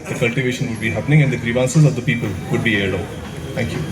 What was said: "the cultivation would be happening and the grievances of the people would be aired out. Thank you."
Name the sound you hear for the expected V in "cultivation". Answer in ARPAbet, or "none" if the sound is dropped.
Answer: V